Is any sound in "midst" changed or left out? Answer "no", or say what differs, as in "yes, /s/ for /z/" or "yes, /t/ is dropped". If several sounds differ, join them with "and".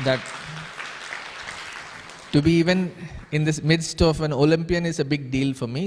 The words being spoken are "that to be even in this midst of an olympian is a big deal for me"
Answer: no